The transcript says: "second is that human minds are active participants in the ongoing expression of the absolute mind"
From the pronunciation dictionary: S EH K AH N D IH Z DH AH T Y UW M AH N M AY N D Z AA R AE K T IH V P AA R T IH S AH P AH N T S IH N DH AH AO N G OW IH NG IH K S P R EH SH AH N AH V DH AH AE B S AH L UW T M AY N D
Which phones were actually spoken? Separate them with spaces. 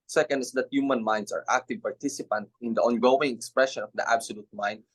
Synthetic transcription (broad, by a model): S EH K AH N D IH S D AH T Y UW M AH N M AY N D S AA R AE K T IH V P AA R T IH S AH P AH N T IH N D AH AO N G OW IH NG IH K S P R EH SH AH N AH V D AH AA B S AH L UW T M AY N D